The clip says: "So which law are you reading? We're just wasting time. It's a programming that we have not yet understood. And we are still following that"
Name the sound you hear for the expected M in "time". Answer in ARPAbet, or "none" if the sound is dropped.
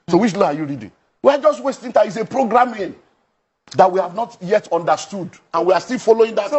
none